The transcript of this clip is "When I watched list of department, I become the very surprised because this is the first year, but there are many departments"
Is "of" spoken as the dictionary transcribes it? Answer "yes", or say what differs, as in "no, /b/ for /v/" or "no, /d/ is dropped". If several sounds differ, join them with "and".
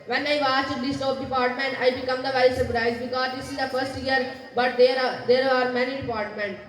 no, /p/ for /v/